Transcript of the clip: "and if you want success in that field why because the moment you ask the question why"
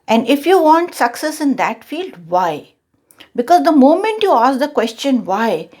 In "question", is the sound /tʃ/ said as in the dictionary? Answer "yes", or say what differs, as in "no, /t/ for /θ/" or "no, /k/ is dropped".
yes